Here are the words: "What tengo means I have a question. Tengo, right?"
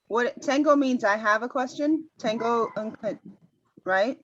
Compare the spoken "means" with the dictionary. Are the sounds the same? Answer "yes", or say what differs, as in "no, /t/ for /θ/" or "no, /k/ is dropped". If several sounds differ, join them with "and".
yes